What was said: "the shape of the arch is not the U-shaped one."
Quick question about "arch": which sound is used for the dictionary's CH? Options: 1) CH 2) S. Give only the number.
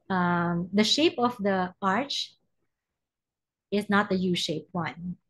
1